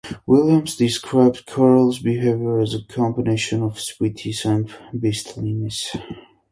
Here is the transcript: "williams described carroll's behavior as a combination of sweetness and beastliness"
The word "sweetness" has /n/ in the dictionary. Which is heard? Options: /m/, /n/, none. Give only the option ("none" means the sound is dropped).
none